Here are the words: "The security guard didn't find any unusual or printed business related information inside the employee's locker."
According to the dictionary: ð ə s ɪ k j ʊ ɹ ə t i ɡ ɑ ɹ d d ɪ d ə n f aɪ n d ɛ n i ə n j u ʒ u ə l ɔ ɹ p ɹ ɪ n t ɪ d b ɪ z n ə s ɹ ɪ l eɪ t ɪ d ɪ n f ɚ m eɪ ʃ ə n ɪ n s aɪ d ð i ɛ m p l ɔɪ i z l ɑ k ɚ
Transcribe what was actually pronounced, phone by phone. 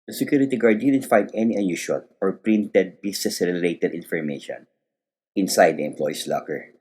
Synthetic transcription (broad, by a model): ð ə s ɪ k j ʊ ɹ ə t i ɡ ɑ ɹ d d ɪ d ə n f aɪ n d ɛ n i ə n j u ʃ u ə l ɔ ɹ p ɹ ɪ n t ɪ d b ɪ s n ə s ɹ ɪ l eɪ t ɪ d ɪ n f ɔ m eɪ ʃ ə n ɪ n s aɪ d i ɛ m p l ɔɪ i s l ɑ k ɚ